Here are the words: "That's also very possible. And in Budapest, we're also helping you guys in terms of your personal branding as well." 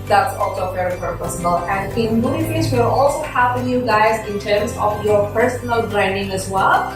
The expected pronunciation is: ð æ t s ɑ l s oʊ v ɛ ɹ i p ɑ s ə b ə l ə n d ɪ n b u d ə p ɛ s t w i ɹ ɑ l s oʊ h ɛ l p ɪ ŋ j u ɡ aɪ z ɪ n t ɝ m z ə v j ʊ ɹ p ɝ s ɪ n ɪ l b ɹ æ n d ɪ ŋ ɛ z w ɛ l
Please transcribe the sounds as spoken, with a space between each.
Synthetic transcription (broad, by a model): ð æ t s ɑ l s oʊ v ɛ ɹ i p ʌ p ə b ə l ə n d ɪ n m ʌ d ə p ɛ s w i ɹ ɑ l s oʊ h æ p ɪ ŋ j u ɡ aɪ z ɪ n t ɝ m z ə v j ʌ ɹ p ɝ s ɪ n ɪ l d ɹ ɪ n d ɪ ŋ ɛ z w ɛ l